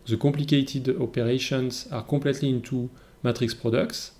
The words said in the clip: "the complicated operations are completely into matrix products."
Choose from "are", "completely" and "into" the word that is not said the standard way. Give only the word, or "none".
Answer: completely